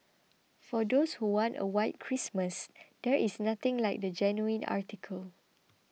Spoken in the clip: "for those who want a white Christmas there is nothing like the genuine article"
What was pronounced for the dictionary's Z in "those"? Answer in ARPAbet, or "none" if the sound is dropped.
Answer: S